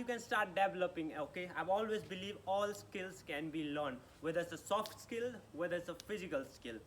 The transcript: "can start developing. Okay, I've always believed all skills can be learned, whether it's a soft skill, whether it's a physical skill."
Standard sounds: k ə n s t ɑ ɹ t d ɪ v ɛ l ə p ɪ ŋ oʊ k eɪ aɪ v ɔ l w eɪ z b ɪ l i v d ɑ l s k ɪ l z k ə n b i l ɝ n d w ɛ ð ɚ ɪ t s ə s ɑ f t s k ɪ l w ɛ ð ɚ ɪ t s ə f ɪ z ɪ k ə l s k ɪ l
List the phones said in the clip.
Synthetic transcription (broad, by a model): k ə n s t ɑ ɹ t d ɪ v ɛ l ə p ɪ ŋ oʊ k eɪ aɪ v ɔ l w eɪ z b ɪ l i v ɑ l s k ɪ l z k ə n b i l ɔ n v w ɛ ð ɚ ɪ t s ə s ɑ f t s k ɪ l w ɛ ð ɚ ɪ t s ə f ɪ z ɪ k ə l s k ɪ l